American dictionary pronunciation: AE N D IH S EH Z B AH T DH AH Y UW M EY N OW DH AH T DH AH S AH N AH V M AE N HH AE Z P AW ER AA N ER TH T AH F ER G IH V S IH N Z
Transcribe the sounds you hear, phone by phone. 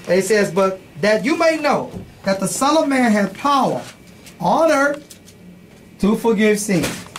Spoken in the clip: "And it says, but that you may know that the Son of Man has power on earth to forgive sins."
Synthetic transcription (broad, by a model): IH S EH Z B AH T DH AH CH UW M EY N OW DH AH T DH AH S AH L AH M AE N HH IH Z P AW ER AA N ER T AH F ER G IH V S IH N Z